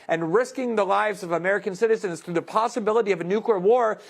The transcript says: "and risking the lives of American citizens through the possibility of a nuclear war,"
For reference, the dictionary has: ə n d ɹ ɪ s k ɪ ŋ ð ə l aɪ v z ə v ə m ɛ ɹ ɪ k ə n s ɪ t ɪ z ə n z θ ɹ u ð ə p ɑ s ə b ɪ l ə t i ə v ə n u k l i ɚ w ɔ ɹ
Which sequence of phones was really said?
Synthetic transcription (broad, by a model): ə n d ɹ ɪ s k ɪ ŋ ð ə l aɪ v z ə v ə m ɛ ɹ ɪ k ə n s ɪ t ɪ z ə n z θ ɹ u ð ə p ɑ s ə b ɪ l ə t i ə v ə n u k l i ɚ w ɔ ɹ